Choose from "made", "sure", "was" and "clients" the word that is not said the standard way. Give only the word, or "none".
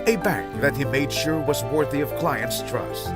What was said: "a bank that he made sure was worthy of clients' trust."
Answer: none